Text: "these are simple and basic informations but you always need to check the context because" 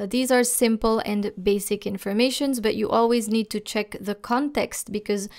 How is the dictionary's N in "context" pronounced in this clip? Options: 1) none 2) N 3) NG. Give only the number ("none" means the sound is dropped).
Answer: 2